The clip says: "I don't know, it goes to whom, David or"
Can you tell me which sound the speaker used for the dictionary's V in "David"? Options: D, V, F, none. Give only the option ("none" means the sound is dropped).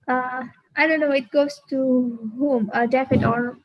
F